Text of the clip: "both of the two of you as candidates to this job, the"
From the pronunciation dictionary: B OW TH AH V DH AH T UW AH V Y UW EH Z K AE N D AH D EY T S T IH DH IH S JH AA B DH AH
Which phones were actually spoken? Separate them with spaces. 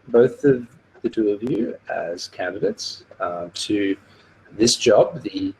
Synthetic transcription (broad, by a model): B OW TH AH V DH AH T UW AH V Y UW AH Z K AE N D AH D EY T S T IH DH IH S JH AA B DH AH